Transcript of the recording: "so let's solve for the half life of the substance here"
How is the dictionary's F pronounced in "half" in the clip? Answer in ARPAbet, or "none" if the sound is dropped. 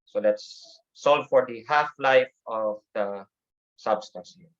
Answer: F